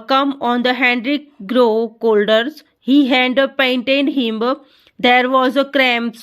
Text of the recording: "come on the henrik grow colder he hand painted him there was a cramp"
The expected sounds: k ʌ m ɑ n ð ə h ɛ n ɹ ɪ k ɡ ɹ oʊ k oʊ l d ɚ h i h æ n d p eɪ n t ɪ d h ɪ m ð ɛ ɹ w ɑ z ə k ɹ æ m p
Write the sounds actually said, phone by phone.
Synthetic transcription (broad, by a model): k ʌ m ɑ n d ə h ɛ n ɹ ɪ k ɡ ɹ oʊ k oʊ l d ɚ h i h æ d p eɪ n t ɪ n h ɪ m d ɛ ɹ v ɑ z ə k ɹ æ m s